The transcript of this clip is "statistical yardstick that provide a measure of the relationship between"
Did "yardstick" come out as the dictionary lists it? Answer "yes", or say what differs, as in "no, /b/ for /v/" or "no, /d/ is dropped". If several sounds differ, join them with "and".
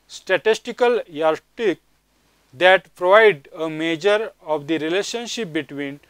no, /s/ is dropped